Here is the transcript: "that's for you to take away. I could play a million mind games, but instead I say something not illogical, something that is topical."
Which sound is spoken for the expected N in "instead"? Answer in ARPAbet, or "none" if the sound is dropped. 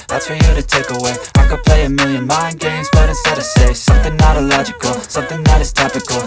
none